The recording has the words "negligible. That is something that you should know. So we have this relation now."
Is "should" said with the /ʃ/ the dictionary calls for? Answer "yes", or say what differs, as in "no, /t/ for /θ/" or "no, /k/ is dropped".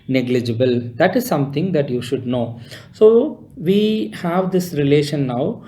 yes